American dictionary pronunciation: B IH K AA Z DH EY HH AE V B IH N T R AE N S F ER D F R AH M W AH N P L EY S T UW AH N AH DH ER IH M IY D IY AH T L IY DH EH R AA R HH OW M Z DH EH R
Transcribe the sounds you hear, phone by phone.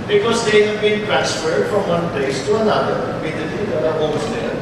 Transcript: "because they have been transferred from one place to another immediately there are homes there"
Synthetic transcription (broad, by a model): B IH K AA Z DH EY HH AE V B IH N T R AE N S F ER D F R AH M W AH N P L EY S T UW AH N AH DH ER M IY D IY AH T IY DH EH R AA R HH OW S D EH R